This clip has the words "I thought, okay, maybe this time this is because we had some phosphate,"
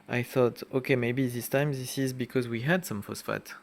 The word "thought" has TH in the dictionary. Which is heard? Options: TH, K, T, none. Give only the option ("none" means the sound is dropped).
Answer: TH